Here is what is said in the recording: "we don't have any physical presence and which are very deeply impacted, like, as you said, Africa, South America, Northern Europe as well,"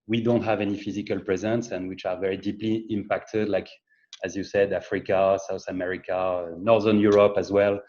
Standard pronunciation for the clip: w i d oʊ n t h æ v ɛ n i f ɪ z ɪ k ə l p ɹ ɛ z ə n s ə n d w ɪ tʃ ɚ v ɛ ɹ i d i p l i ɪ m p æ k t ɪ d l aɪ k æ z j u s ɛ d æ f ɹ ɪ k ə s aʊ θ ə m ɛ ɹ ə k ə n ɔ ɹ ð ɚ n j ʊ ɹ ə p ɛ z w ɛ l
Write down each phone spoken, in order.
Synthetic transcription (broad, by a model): w i d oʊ n t h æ v ɛ n i f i z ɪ k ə l p ɹ ɛ z ə n s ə n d w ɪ tʃ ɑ v ɛ ɹ i d i p l i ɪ m p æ k t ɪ d l aɪ k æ z j u s ɛ d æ f ɹ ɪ k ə s aʊ θ ə m ɛ ɹ ə k ə n ɔ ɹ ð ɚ n j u ɹ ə p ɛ z w ɛ l